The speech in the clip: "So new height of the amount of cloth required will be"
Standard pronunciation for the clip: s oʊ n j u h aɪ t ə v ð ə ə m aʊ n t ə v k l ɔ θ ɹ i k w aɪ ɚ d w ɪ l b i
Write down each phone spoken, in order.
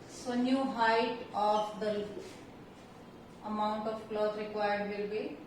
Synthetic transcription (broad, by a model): s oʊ n j u h aɪ t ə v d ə ə m aʊ n t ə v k l ɔ t ɹ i k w aɪ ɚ d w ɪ l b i